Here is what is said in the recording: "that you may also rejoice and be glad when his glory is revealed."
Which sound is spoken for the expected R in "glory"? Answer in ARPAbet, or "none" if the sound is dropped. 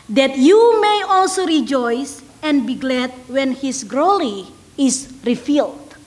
L